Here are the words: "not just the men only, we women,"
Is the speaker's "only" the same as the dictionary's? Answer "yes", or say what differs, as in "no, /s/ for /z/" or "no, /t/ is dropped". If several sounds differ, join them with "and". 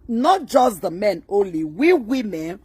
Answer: yes